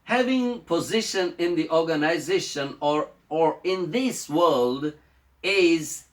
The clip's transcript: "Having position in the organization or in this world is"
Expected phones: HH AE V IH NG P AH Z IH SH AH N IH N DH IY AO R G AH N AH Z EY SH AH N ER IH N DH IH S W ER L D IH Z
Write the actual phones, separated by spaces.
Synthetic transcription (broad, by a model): HH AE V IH NG P AH Z IH SH AH N IH N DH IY AO R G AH N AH Z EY SH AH N ER IH N DH IH S W ER L D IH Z